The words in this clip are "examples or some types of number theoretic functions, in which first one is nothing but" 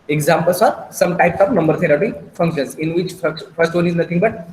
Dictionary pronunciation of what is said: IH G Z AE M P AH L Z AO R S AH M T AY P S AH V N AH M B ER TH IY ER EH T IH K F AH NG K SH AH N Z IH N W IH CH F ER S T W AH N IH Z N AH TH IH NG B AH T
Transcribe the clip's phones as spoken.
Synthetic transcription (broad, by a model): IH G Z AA M P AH L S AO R S AH M T AY P S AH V N AH M B ER T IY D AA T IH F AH NG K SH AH N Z IH N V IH CH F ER S T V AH N IH Z N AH T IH NG B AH T